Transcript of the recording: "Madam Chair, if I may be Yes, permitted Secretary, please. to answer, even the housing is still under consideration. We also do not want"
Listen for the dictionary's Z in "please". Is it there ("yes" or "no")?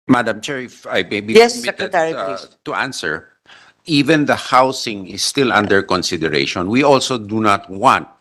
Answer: no